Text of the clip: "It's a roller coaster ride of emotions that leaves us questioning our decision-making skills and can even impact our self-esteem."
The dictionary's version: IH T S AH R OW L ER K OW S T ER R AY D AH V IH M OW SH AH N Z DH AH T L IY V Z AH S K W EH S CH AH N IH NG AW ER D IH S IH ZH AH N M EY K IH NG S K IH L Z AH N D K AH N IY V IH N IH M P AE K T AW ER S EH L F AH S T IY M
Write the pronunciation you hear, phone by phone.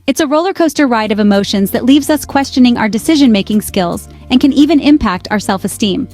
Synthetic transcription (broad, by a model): IH T S AH R OW L ER K OW S T ER R AY D AH V IH M OW SH AH N Z DH AH T L IY V Z AH S K W EH S CH AH N IH NG AW ER D IH S IH ZH AH N M EY K IH NG S K IH L Z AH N K AH N IY V IH N IH M P AE K T AW ER S EH L F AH S T IY M